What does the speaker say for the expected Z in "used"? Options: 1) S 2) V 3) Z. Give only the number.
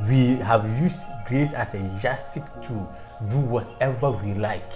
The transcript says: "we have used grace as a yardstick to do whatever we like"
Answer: 1